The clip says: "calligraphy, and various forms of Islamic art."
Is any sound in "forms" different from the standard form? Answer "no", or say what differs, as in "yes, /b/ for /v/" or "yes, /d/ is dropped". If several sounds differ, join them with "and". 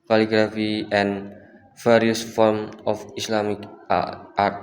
yes, /z/ is dropped